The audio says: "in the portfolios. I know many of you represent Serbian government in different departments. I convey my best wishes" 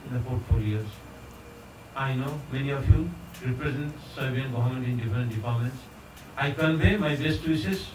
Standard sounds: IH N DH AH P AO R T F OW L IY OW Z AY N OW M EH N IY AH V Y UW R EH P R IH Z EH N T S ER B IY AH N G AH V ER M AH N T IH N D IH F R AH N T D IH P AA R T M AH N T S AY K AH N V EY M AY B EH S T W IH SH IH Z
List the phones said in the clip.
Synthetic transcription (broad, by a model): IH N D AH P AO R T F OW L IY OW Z AY N OW M EH N IY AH F Y UW R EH P R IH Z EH N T S ER B IY AH N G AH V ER M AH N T IH N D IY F R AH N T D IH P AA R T M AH N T S AY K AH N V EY M AY B EH S T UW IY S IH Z